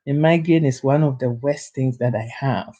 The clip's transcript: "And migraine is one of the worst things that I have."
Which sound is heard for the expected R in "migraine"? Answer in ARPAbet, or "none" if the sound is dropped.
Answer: none